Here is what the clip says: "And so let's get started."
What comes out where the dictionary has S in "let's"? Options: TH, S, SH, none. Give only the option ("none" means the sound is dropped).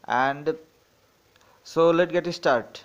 none